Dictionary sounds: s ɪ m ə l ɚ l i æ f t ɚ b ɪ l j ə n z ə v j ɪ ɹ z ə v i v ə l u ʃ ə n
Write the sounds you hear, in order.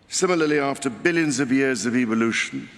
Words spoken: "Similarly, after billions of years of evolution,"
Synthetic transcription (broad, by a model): s ɪ m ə l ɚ l i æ f t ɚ b ɪ l j ə n z ə v j ɪ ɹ z ə v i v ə l u ʃ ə n